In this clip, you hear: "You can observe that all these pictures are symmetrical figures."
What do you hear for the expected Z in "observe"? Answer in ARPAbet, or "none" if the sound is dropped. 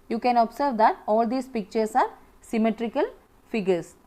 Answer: S